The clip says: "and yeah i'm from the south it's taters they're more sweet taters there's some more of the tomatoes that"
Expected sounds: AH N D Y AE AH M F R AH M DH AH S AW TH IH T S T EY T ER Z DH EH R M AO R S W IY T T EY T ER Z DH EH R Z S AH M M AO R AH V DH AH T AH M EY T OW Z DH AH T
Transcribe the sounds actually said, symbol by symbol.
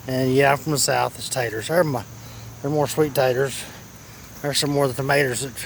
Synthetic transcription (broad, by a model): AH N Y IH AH F R AH M DH AH S AW TH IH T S T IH T ER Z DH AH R M AO R S W IY T T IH T ER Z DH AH R S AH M M AO R DH AH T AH M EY T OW Z DH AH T